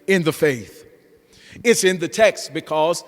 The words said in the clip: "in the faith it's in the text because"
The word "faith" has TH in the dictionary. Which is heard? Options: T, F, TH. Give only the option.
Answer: TH